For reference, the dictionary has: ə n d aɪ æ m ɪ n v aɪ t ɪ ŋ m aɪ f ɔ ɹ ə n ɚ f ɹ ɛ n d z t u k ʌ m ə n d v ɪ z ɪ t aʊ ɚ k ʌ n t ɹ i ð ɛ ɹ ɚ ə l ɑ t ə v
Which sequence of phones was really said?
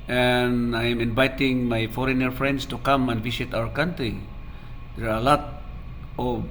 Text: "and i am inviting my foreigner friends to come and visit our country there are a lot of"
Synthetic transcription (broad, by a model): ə n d aɪ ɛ m ɪ n v aɪ t ɪ ŋ m aɪ f ɔ ɹ ə n ɚ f ɹ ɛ n d s t u k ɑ m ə n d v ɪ s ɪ t aʊ ɚ k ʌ n t ɹ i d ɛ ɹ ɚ ə l ɑ t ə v